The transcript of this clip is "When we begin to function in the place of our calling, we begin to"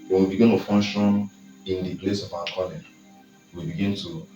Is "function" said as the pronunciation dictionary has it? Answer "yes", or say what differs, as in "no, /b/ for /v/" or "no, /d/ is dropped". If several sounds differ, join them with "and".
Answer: no, /k/ is dropped